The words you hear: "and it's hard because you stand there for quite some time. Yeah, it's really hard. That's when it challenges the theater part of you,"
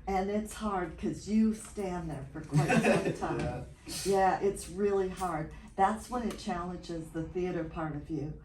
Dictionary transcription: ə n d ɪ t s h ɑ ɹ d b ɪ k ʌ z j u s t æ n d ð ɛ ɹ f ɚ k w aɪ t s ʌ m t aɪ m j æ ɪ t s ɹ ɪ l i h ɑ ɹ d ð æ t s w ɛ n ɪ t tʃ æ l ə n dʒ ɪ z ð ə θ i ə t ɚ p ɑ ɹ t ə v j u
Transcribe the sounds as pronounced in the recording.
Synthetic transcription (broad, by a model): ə n ɪ t s h ɑ ɹ d k ʌ z j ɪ s t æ n ð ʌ ɹ f ɚ k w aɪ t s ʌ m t aɪ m j æ ɪ t s ɹ ɪ l i h ɑ ɹ d ð æ t s w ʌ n ɪ t tʃ æ l ə n dʒ ɪ z ð ə θ i ə t ɚ p ɑ ɹ t ə v j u